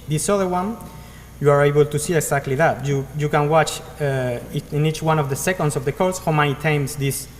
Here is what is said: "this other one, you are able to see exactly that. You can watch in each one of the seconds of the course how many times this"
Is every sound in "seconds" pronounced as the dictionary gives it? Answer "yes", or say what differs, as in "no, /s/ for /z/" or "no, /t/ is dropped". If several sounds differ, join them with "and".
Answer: no, /s/ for /z/